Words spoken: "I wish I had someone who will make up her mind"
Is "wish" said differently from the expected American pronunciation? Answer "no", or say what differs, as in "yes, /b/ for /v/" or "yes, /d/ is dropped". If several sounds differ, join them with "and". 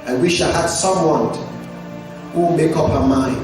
no